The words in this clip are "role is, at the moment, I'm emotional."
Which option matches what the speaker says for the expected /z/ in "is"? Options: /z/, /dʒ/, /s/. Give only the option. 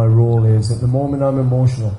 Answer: /z/